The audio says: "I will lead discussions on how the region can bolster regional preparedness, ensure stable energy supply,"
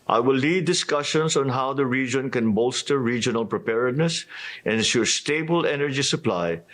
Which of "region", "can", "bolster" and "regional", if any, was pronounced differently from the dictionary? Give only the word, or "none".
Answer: none